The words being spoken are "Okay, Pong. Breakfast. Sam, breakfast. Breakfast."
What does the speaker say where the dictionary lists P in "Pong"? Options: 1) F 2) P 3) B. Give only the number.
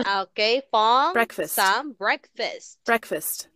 1